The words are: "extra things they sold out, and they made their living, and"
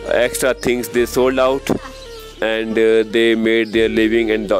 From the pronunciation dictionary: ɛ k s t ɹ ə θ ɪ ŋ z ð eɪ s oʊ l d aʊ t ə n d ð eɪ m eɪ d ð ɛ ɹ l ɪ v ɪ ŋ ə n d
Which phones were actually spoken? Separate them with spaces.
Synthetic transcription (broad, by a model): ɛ k s t ɹ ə t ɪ ŋ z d eɪ s oʊ l d aʊ t ə n d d eɪ m eɪ d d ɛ ɹ l ɪ v ɪ ŋ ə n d